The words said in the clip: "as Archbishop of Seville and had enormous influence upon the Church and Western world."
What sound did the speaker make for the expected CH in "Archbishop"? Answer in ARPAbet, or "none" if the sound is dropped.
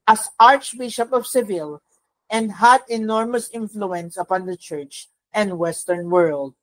CH